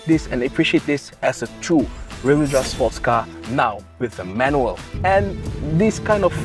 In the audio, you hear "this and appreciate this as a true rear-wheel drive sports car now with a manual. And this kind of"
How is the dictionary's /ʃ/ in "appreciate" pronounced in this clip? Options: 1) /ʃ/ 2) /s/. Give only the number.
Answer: 1